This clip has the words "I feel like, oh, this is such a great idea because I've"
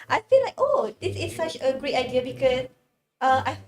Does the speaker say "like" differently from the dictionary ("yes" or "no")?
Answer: no